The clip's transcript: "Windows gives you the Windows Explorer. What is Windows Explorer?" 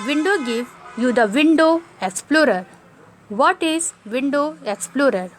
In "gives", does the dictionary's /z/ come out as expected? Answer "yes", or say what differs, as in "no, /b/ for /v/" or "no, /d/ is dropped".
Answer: no, /z/ is dropped